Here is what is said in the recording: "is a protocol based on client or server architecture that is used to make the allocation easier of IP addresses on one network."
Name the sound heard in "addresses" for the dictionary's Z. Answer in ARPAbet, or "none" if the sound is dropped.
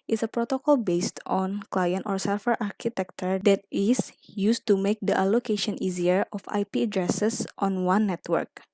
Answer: S